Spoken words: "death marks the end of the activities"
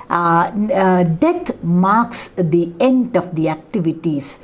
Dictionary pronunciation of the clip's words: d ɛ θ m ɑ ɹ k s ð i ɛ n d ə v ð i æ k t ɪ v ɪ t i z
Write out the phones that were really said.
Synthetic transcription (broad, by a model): d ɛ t m ɑ ɹ k s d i ɛ n d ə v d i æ k t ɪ v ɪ t i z